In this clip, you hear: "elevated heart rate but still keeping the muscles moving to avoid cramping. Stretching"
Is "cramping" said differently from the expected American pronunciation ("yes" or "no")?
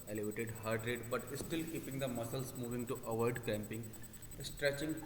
yes